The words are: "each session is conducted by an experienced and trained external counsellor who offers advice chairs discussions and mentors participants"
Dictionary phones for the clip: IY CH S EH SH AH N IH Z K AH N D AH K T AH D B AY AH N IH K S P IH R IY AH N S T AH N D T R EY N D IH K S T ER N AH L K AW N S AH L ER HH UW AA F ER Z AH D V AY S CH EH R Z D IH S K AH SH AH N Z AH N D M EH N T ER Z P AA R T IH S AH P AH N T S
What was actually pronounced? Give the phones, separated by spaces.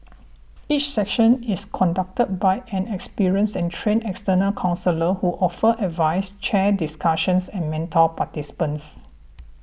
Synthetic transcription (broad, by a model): IY CH S EH SH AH N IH S K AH N D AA K T AH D B AY AH N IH K S P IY R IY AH N S AH N T R EY N IH K S T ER N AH L K AW N S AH L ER HH UW AA F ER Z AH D V AY S CH EH D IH S K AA SH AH N S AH N M EH N T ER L P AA T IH S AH P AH N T S